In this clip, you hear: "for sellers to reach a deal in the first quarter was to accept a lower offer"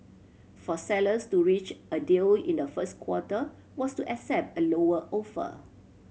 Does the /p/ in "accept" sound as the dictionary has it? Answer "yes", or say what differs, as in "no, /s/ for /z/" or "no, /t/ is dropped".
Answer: yes